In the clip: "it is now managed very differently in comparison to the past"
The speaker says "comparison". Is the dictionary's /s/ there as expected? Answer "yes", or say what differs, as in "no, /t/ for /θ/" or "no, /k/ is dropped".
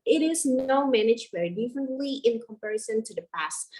yes